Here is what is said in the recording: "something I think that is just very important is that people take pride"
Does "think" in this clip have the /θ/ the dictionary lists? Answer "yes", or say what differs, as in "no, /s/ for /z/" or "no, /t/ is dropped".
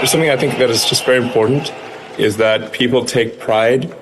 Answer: yes